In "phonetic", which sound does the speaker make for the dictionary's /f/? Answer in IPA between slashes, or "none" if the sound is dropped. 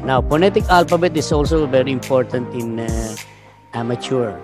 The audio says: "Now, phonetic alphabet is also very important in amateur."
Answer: /p/